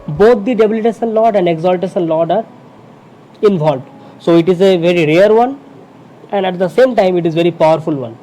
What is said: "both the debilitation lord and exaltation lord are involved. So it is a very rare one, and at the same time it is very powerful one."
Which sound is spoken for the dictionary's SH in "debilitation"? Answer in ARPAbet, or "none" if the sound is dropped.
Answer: S